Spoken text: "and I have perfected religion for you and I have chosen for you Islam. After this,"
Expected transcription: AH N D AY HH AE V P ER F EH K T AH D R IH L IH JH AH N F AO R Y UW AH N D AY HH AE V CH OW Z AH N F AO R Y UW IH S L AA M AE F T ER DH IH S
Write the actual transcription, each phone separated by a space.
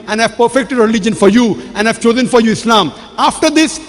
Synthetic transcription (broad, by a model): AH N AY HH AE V P ER F EH K T AH D R IH L IH JH AH N F AO R Y UW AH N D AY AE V CH OW Z AH N F AO R Y UW IH S L AA M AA F T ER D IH S